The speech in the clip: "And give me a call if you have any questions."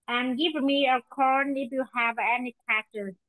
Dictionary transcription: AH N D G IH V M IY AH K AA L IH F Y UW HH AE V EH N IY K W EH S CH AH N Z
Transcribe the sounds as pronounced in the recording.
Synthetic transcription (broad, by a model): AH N G IH V M IY AH K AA N IH F Y UW HH AE V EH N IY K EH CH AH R